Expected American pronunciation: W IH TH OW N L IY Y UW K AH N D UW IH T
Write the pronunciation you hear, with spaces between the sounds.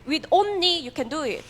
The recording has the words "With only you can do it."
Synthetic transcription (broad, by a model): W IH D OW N IY Y UW K AH N D UW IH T